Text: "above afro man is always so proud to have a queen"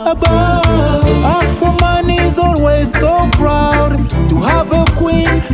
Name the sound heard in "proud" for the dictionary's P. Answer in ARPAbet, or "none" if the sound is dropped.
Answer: B